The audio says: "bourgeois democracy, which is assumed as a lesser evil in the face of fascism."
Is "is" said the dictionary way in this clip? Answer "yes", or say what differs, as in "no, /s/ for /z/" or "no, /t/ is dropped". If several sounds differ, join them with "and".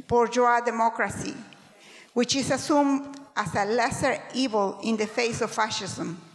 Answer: no, /s/ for /z/